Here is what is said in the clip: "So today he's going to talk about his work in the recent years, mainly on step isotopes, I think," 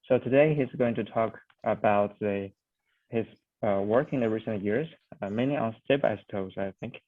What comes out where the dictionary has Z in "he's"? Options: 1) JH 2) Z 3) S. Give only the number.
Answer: 2